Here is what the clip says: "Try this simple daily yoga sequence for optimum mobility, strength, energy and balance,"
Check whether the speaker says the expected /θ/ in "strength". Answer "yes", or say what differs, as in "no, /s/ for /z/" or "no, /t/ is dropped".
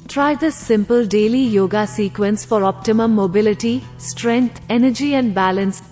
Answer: no, /t/ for /θ/